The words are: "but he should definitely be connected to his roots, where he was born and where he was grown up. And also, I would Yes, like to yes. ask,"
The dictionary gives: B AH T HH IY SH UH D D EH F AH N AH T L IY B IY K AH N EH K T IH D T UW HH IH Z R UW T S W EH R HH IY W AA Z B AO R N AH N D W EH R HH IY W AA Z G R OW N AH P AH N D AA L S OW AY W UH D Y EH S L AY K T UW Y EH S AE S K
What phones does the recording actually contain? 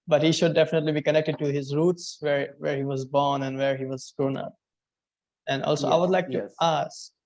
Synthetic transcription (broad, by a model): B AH T HH IY SH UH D D EH F AH N AH T L IY B IY K AH N EH K T IH D T UW HH IH Z R UW T S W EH R HH IY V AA Z B AO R N AH N D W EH R HH IY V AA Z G R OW N AH P AH N D AA L S OW AY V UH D L AY K T UW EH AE S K